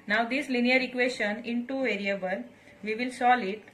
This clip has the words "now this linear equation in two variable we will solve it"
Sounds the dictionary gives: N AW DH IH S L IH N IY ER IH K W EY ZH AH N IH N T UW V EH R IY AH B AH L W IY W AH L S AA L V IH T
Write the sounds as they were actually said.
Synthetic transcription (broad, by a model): N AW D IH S L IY N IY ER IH K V EY SH AH N IH N T UW V EH R IY AH B AH L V IY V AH L S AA L IH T